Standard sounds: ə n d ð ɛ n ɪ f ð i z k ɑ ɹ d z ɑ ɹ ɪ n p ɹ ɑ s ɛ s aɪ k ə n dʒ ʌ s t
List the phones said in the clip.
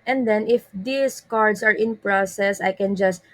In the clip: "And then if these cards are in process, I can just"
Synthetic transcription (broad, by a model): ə n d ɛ n ɪ f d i s k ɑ ɹ d s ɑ ɹ ɪ n p ɹ ɑ s ɛ s aɪ k ə n dʒ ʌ s t